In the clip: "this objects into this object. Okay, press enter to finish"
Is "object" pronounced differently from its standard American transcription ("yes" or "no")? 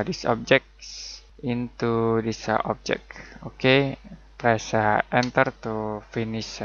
yes